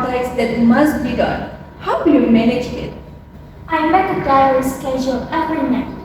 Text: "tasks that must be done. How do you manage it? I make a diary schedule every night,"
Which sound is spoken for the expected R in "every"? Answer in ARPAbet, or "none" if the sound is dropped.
none